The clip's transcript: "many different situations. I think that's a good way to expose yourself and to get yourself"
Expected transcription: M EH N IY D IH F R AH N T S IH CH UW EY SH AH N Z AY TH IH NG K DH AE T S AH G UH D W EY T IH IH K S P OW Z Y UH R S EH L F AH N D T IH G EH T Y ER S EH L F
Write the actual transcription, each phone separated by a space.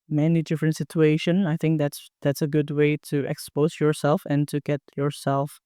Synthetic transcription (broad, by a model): M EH N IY D IH F R AH N T S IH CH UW EY SH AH N AY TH IH NG K DH AE T S AH G UH D W EY T IH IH K S P OW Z Y UH R S EH L F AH N T IH G EH T Y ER S EH L F